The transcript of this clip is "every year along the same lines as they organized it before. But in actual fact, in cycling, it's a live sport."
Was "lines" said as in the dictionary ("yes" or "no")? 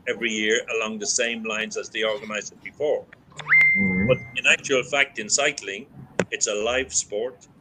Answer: yes